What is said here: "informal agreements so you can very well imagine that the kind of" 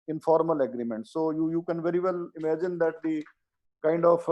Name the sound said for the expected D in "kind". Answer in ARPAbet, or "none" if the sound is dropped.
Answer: D